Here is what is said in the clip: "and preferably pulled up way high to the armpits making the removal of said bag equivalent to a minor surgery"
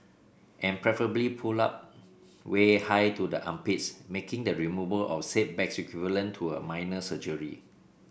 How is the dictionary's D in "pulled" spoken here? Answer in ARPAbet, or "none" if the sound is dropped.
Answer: none